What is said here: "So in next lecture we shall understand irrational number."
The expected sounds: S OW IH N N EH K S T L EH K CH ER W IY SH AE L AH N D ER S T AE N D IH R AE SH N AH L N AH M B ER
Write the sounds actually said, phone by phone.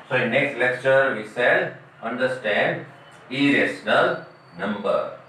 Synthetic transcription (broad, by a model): S OW IH N N EH K S T L EH K CH ER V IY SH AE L AH N D ER S T AE N D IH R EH S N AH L N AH M B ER